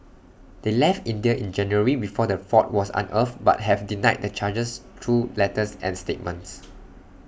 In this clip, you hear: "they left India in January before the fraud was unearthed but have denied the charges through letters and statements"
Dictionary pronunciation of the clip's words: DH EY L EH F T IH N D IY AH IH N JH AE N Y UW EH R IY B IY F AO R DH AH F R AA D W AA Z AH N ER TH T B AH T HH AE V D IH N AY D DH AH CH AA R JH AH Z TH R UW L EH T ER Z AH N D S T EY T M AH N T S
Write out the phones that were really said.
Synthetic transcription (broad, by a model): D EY L EH F T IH N D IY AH IH N JH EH N Y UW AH R IY B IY F AO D AH F AA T W AA S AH N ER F B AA T HH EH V D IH N AY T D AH CH AA JH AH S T R UW L EH T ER S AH N S T EY T M AH N T S